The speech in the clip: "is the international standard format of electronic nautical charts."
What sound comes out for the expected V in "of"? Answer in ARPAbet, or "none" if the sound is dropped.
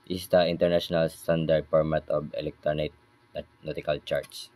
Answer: B